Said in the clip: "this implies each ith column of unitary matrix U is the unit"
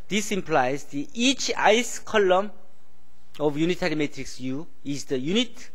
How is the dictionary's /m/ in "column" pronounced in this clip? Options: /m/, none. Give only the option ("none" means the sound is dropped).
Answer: /m/